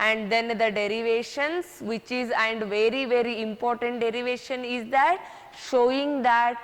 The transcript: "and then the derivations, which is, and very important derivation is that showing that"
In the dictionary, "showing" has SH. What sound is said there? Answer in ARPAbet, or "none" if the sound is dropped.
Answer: SH